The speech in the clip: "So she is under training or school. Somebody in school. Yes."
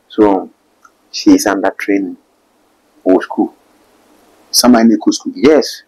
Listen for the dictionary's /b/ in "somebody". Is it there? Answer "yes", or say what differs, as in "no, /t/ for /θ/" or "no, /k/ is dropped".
no, /b/ is dropped